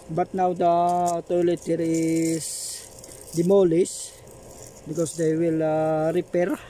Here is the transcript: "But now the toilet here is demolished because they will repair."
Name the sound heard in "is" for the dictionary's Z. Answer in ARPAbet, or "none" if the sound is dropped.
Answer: S